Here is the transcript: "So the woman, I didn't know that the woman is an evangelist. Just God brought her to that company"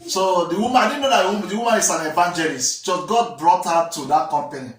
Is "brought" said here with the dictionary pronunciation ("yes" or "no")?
yes